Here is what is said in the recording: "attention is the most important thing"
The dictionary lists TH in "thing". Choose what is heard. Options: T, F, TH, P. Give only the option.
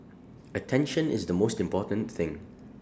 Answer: TH